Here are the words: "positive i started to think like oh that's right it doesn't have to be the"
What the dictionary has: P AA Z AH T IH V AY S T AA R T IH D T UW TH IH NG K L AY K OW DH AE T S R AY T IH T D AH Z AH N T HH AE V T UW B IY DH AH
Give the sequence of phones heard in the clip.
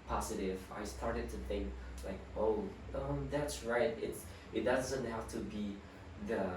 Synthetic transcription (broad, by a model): P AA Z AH T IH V AY S T AA R T IH D T UW TH IH NG K L AY K OW DH AE T S R AY T IH T D AH Z AH N T HH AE F T UW B IY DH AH